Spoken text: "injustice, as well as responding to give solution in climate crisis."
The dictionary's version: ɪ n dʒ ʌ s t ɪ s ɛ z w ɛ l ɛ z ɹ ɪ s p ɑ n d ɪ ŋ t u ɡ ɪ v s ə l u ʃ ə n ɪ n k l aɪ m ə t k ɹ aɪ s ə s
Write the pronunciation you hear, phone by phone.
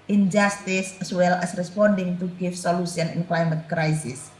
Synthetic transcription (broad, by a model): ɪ n dʒ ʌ s t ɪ s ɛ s w ɛ l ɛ s ɹ ɪ s p ɑ n d ɪ ŋ t u ɡ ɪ f s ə l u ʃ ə n ɪ n k l aɪ m ə t k ɹ aɪ s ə s